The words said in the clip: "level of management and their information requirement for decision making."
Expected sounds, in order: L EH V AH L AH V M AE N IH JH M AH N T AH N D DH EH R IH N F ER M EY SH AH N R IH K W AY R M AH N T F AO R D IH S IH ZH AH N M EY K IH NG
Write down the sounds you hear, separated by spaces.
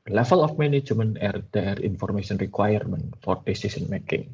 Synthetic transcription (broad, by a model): L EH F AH L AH F M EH N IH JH M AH N AH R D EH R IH N F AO M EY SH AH N R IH K W AY R M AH N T F AO R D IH S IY S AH N M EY K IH NG